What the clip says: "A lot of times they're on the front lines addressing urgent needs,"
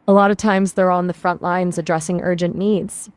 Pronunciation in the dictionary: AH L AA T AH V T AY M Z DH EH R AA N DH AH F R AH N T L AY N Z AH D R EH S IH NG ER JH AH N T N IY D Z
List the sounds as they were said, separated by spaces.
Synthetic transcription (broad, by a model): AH L AA T AH V T AY M Z DH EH R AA N DH AH F R AH N T L AY N Z AH D R EH S IH NG ER JH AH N N IY D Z